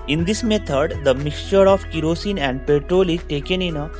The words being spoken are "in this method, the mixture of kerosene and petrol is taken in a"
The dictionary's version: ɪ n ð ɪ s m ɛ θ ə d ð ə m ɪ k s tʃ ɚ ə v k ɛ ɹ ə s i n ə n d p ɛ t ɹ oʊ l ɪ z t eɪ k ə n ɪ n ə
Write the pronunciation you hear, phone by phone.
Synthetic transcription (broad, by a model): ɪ n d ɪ s m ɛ t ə d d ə m ɪ k s tʃ ɚ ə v k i ɹ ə s i n ə n d p ɛ t ɹ oʊ l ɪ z t eɪ k ə n ɪ n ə